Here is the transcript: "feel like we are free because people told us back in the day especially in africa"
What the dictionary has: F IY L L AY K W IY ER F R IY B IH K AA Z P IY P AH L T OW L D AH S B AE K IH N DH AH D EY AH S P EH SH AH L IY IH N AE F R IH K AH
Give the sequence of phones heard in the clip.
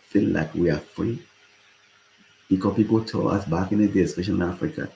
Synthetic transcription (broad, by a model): F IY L L AY K W IY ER F R IY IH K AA P IY P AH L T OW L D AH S B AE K IH N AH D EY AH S F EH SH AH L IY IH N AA F R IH K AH